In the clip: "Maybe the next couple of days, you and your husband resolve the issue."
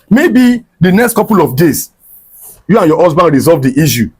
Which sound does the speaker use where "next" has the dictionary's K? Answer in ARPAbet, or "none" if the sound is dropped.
K